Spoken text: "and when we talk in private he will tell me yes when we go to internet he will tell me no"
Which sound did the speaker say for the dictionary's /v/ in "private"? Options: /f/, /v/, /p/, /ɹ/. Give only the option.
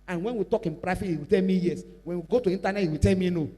/f/